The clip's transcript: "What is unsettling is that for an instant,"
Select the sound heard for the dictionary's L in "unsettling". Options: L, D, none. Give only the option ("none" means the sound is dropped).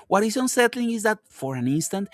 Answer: L